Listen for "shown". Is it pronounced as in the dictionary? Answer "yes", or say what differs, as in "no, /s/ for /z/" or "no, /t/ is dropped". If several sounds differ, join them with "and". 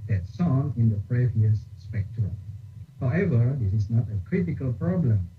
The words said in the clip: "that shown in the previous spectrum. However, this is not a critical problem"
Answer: no, /s/ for /ʃ/